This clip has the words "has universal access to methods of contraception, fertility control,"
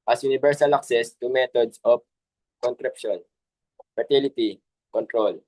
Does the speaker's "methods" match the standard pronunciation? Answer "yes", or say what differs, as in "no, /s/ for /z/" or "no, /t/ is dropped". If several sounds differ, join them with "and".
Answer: no, /t/ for /θ/ and /s/ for /z/